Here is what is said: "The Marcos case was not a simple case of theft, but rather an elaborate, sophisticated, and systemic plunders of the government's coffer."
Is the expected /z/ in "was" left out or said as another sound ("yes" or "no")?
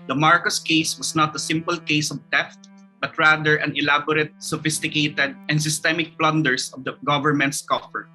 yes